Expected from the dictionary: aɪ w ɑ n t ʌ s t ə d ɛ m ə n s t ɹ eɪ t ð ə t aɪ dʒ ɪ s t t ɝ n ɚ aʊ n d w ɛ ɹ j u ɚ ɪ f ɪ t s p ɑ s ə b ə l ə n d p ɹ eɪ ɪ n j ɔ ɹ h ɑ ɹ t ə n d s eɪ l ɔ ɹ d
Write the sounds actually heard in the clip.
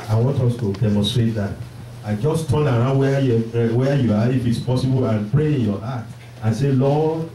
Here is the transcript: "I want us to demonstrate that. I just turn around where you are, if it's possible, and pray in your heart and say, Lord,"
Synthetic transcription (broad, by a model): aɪ w ɑ n t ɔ s t ə d ɛ m ə n s t ɹ eɪ t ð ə t aɪ dʒ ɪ s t t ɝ n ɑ aʊ n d w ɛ w j u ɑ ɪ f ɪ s p ɑ s ə b ə l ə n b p ɹ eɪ ɪ n j ɔ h ɑ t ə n s eɪ l ɔ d